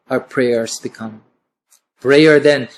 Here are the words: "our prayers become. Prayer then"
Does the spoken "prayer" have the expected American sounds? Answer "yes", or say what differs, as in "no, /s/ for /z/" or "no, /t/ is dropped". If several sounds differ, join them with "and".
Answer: no, /b/ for /p/